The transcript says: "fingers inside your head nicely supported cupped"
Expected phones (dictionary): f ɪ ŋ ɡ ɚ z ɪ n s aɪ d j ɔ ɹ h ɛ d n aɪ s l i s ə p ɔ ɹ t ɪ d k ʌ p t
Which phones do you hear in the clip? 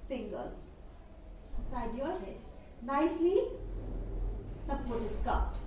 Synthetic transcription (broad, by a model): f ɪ ŋ ɡ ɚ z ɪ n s aɪ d j ɔ ɹ h ɛ d n aɪ s l i s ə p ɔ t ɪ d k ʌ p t